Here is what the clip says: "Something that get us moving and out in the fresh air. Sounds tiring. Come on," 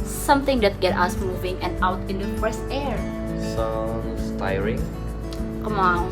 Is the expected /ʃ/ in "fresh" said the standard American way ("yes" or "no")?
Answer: no